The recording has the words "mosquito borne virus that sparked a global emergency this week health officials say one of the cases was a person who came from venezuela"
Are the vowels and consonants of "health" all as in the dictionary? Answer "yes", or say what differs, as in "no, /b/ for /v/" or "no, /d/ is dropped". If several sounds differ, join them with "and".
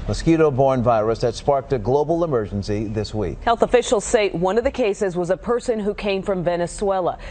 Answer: yes